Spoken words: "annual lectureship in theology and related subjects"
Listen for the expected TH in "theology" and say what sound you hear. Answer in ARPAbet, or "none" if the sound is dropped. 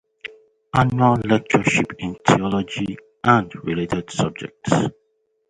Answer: T